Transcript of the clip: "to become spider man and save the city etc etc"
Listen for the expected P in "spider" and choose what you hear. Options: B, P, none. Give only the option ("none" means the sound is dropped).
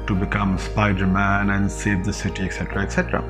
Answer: P